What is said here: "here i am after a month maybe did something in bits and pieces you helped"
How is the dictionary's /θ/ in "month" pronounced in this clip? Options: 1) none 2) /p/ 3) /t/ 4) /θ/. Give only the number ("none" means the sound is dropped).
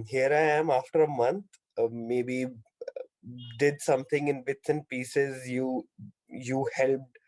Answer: 3